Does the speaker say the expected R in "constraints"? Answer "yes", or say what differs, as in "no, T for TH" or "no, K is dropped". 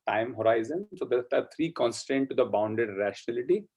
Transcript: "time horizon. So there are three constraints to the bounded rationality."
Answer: no, R is dropped